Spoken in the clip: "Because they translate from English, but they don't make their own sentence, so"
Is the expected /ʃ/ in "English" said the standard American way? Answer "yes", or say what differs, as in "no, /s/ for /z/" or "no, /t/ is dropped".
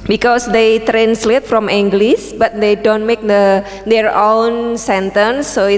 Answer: no, /s/ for /ʃ/